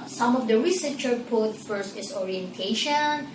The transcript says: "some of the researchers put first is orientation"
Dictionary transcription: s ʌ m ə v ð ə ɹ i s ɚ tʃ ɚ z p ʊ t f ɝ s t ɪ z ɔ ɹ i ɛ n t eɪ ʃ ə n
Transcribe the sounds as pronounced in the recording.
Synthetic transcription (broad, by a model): s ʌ m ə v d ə ɹ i s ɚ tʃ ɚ p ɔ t f ɝ s t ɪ s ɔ ɹ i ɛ n t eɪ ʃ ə n